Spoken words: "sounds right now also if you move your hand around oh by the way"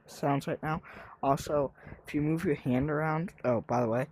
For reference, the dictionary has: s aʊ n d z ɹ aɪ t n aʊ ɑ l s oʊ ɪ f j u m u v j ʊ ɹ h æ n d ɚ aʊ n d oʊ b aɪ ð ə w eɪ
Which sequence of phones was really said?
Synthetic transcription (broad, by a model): s aʊ n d z l aɪ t n aʊ ɑ l s oʊ ɪ f j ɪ m u v j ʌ ɹ h æ n d ɚ aʊ n d oʊ b aɪ ð ə w eɪ